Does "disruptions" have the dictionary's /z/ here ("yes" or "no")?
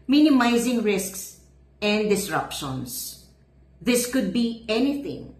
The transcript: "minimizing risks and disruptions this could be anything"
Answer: no